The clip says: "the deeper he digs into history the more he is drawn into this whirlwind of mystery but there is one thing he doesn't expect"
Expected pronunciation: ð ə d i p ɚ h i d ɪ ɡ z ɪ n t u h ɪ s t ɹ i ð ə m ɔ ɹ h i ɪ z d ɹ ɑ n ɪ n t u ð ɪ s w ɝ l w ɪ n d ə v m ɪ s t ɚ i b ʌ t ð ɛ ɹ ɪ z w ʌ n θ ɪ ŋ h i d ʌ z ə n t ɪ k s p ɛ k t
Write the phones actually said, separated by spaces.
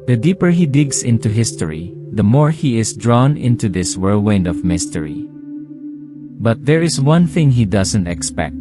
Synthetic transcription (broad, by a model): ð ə d i p ɚ h i d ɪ ɡ s ɪ n t u h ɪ s t ɹ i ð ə m ɔ ɹ h i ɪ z d ɹ ɑ n ɪ n t u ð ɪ s w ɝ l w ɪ n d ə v m ɪ s t ɚ i b ʌ t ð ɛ ɹ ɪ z w ʌ n θ ɪ ŋ h i d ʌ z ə n t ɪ k s p ɛ k t